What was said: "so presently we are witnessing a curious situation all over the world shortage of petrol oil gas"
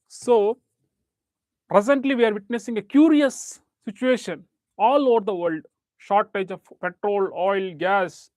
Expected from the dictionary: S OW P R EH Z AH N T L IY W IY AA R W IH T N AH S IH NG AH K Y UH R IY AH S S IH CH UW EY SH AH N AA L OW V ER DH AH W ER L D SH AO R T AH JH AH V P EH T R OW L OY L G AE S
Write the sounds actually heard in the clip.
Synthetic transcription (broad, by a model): S OW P R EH S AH N T L IY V IY AA R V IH T N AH S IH NG AH K Y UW R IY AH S S IH CH UW EY SH AH N AA L OW V ER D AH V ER L D SH AO R T AH JH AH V P EH T R OW L OY L G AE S